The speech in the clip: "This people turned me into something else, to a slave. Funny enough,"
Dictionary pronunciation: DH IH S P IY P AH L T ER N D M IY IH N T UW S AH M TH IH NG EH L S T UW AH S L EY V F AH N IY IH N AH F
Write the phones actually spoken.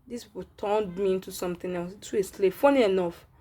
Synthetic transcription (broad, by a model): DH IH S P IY P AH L T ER N D M IY IH N T UW S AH M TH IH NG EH W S T UW AH S L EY F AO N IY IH N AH F